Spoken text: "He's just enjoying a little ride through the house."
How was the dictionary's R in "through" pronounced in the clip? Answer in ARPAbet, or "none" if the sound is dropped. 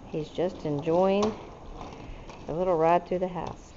none